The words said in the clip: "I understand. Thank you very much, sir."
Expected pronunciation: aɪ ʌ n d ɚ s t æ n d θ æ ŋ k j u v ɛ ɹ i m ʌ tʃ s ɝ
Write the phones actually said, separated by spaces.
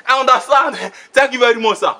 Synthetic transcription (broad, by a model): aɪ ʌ n d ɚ s t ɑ n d t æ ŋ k j u v ɛ ɹ i m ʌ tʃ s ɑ